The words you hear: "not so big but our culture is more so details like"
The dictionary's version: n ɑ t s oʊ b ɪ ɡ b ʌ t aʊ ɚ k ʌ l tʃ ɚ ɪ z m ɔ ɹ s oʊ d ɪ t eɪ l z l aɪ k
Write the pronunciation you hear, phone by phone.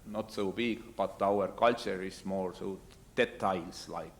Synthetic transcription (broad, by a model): n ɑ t s oʊ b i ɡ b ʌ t aʊ ɚ k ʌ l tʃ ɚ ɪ s m ɔ ɹ s oʊ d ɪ t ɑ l s l aɪ k